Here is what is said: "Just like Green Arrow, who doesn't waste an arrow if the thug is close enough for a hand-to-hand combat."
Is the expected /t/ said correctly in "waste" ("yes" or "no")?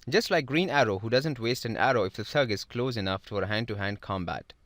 yes